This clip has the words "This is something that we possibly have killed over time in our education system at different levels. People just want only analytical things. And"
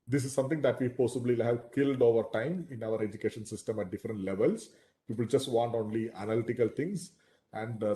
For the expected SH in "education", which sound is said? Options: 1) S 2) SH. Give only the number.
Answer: 2